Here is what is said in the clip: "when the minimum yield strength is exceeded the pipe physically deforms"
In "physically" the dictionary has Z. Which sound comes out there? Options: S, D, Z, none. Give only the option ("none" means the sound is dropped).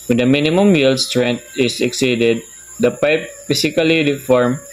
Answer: S